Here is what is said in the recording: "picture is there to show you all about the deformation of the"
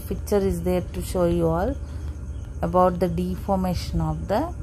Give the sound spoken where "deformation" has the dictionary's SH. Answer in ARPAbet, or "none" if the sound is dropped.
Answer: SH